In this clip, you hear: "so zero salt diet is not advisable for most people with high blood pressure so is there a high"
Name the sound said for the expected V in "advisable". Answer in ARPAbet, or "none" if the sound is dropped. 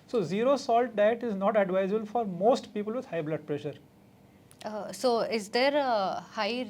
V